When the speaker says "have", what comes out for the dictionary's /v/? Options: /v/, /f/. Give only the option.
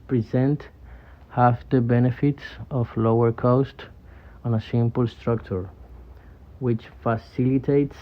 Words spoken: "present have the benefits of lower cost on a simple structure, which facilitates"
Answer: /f/